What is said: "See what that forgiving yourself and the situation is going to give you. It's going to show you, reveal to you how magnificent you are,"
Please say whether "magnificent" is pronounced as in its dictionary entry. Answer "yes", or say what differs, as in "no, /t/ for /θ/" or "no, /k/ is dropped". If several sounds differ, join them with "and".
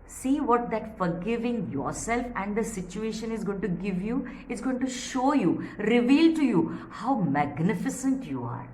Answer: yes